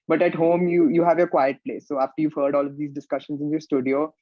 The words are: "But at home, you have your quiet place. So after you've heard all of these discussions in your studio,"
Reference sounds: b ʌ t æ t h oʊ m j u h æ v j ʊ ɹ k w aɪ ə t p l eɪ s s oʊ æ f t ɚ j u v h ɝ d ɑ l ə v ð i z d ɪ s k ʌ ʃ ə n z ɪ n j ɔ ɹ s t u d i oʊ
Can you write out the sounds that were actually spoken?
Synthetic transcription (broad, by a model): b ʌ t æ t h oʊ m j u h æ v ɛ k w aɪ ə t p l eɪ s s oʊ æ f t ɚ j u v h ɝ d ɑ l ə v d i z d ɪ s k ʌ ʃ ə n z ɪ n j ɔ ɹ s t u d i oʊ